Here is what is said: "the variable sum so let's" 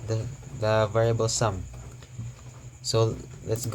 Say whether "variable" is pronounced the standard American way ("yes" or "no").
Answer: yes